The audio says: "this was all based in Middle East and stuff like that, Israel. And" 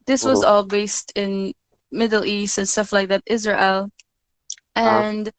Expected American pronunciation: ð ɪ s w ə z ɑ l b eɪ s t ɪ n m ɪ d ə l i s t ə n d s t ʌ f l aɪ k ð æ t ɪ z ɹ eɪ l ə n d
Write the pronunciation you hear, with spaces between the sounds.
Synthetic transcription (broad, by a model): ð ɪ s w ə z ɑ l b eɪ s t ɪ n m ɪ d l i s t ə n s t ʌ f l aɪ k ð æ t ɪ z ɹ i l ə n